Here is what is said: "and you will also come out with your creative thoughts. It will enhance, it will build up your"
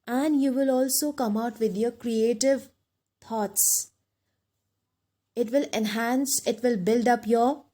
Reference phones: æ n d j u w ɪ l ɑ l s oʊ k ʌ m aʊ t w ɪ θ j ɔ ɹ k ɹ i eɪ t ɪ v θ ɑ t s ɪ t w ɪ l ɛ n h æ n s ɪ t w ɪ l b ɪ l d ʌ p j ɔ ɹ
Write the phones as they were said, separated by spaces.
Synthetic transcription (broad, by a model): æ n d j u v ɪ l ɑ l s oʊ k ʌ m aʊ t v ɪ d j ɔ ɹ k ɹ i eɪ t ɪ v t ɑ t s ɪ t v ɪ l ɛ n h æ n s ɪ t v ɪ l b ɪ l d ʌ p j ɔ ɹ